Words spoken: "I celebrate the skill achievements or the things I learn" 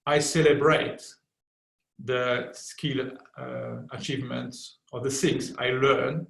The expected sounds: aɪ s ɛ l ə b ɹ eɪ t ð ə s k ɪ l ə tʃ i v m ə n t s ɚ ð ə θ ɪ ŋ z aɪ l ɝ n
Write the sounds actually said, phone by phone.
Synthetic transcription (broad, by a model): aɪ s ɛ l ə b ɹ eɪ t ð ə s k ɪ l ə tʃ i v m ə n t s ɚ ð ə s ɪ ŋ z aɪ l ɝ n